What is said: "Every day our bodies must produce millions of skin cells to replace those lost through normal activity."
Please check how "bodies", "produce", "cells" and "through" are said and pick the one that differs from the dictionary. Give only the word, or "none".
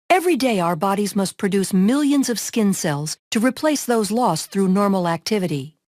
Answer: none